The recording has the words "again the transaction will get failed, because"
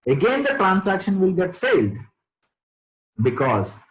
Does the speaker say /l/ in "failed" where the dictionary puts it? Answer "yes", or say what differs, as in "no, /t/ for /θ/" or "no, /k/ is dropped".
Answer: yes